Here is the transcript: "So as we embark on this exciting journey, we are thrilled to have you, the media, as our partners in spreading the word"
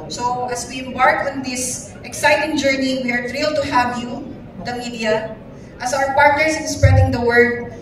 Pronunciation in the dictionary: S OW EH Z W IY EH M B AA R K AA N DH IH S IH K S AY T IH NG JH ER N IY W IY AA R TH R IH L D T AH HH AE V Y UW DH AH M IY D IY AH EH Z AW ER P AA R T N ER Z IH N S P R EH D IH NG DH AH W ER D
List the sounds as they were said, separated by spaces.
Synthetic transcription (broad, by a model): S OW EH S W IY EH M B AA R K AA N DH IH S IH K S AY T IH NG JH ER N IY W IY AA R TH R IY L T AH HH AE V Y UW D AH M IY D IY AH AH S AW ER P AA R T N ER S IH N S P R EH D IH NG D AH W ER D